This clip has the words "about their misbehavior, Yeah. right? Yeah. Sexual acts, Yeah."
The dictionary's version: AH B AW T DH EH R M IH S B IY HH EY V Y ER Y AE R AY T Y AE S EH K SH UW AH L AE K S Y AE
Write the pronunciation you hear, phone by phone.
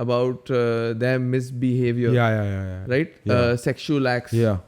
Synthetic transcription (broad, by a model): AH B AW T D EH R M IH S B IY HH EY V Y ER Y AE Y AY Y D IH S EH K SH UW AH L AE K S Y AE